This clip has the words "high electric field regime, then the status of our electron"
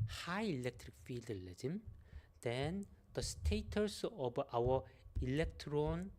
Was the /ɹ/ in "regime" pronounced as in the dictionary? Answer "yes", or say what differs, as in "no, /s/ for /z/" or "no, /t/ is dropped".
no, /l/ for /ɹ/